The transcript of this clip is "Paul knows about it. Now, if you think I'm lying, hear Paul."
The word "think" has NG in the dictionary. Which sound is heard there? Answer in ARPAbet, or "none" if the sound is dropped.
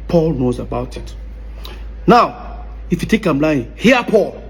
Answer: none